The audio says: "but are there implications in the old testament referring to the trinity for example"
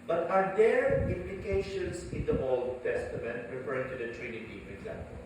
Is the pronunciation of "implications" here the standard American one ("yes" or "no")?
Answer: no